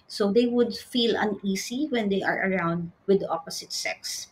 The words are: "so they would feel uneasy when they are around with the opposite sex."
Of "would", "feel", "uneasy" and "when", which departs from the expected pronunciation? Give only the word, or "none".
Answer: uneasy